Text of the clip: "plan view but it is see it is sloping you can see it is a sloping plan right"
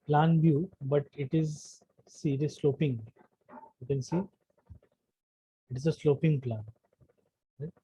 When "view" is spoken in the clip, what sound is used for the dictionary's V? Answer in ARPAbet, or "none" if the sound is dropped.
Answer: B